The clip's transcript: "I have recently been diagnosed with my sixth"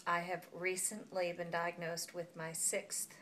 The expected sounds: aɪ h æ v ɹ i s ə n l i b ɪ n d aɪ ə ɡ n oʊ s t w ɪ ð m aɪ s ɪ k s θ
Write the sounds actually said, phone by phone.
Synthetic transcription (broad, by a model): aɪ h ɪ v ɹ i s ə n l i b ɪ n d aɪ ə ɡ n oʊ s t w ɪ ð m aɪ s ɪ k s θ